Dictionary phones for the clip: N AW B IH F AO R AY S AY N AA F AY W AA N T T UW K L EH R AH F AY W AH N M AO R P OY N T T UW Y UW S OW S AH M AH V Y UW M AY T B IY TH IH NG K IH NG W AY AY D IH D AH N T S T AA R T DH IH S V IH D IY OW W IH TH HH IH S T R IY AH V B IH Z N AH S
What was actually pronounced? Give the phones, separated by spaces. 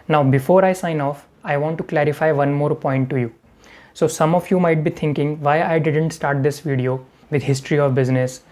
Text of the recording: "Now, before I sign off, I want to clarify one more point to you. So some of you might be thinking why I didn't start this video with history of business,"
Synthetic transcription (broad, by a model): N AW B IH F AO R AY S AY N AA F AY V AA N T T UW K L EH R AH F AY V AH N M AO R P OY N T T UW Y UW S OW S AH M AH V Y UW M AY T B IY T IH NG K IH NG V AY AY D IH D AH N T S T AA R T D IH S V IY D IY OW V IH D HH IH S T R IY AH V B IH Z N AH S